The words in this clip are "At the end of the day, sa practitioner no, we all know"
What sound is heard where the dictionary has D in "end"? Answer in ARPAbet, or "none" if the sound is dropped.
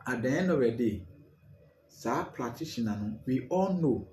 none